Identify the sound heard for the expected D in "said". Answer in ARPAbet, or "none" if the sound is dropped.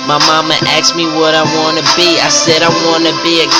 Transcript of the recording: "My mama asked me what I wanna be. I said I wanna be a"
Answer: D